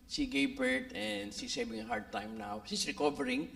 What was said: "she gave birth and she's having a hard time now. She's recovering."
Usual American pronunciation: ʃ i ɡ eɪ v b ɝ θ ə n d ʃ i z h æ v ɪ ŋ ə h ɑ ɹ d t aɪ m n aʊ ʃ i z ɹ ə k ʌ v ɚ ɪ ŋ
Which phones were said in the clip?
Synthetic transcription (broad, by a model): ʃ i ɡ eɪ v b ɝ t ə n d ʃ i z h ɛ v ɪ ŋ ə h ɑ ɹ d t aɪ m n aʊ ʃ i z ɹ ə k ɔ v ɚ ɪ ŋ